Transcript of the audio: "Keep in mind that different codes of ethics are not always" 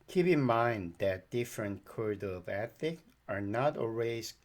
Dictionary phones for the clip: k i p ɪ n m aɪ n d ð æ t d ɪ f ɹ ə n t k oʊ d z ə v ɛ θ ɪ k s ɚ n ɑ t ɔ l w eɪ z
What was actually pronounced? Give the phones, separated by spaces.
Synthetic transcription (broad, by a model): k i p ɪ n m aɪ n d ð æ t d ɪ f ɹ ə n k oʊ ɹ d ə v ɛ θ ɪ k ɚ n ɑ t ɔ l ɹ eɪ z